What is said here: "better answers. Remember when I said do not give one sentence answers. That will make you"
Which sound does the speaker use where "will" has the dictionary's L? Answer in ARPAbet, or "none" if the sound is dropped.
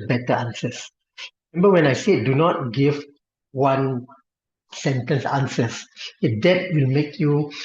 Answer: L